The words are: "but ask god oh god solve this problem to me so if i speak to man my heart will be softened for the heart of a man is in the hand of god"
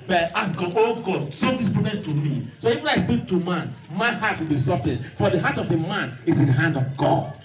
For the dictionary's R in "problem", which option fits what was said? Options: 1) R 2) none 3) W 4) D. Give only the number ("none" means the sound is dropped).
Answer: 2